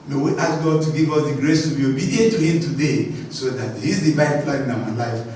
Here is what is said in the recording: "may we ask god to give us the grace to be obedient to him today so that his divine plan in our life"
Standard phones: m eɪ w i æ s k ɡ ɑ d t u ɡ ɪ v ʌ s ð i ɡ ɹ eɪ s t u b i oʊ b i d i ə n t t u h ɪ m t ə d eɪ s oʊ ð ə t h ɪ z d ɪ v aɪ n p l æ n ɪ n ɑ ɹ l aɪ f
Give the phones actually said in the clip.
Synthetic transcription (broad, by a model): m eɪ w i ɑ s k ɡ ɑ d t u ɡ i v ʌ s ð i ɡ ɹ eɪ s t u b i oʊ b i d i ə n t t u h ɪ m t ə d eɪ s oʊ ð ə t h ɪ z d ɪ b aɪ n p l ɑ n ɪ n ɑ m l aɪ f